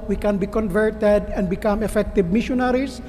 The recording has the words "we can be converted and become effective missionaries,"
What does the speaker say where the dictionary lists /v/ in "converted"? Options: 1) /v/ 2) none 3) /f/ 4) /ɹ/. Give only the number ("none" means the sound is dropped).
1